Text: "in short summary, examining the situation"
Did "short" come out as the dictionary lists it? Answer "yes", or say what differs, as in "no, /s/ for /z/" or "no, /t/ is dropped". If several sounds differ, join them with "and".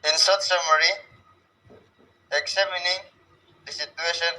no, /s/ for /ʃ/